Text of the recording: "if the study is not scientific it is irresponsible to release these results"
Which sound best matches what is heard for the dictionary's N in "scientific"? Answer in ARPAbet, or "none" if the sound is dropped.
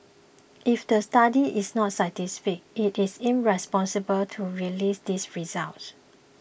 none